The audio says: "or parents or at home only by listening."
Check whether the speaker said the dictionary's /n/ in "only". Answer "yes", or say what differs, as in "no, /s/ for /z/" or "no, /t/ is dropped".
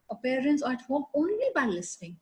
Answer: yes